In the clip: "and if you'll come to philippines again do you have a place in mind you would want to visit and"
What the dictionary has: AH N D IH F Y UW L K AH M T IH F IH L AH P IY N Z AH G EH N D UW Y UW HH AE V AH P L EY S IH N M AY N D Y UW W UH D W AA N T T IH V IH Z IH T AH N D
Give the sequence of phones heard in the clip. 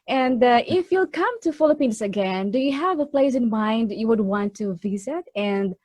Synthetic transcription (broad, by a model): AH N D IH F Y UW L K AH M T IH F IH L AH P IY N S AH G EH N D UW Y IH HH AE V AH P L EY S IH N M AY N D Y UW W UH D W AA N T T IH V IH Z IH T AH N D